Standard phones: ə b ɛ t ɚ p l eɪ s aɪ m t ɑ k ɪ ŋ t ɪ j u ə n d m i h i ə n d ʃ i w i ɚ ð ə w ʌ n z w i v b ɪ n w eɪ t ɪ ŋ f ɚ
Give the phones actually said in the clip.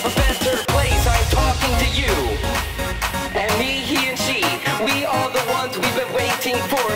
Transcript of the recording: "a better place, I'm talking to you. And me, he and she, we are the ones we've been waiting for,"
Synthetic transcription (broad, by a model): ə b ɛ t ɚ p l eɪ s aɪ m t ɑ k ɪ ŋ t ɪ j u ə n m i h i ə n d ʃ i w i ɚ ð ə w ʌ n z w i v b ɪ n w eɪ t ɪ ŋ f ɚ